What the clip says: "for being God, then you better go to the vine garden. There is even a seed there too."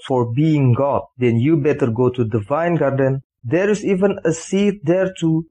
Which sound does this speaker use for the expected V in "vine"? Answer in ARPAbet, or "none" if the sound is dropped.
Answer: V